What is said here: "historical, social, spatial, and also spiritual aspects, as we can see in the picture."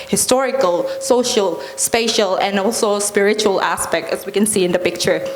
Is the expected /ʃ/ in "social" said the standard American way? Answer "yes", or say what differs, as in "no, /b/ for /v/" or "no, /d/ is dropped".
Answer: yes